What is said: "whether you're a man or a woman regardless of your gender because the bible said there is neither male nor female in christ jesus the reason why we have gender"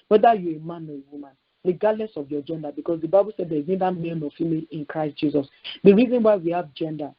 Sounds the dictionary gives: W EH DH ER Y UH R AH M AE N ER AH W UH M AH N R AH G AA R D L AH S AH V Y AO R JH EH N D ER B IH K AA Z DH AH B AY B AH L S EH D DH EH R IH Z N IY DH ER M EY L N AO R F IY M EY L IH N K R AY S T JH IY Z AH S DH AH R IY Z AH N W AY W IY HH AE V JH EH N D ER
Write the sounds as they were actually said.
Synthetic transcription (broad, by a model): W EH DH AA Y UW AH M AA N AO AH W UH M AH N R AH G AA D N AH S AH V Y AO JH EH N D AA B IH K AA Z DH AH B AY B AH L S EH D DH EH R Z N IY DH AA M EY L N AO F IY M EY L IH N K R AY S T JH IY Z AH S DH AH R IY Z AH N W AY W IY HH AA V JH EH N D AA